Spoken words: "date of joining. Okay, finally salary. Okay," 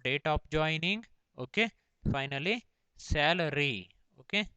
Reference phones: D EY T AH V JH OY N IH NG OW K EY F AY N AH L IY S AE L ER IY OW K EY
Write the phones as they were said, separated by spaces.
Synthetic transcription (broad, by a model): D EY T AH P JH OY N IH NG OW K EY F AY N AH L IY S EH L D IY OW K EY